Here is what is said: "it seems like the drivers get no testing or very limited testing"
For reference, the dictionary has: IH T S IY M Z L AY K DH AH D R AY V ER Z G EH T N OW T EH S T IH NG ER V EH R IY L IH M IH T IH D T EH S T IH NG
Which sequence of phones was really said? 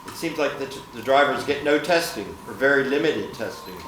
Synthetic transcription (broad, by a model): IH T S IY M Z L AY K DH AH D R AY V ER Z G EH T N OW T EH S T IH NG ER V EH R IY L IH M IH T IH D T EH S T IH NG